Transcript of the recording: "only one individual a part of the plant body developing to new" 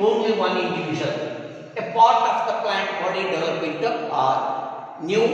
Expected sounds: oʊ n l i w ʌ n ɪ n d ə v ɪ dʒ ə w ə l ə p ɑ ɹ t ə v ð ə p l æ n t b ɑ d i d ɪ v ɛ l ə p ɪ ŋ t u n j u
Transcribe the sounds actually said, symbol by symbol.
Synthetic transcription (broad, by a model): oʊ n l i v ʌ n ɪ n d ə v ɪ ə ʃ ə n ə p ɑ ɹ t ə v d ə p l æ n t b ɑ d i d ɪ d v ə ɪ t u n j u